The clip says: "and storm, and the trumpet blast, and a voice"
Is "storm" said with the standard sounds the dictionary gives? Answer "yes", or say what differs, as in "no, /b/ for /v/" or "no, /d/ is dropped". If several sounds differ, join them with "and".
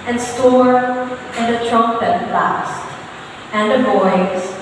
no, /m/ is dropped